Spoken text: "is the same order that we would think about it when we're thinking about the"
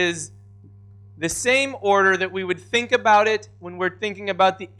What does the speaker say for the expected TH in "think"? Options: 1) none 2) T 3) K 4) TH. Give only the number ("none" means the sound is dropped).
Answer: 4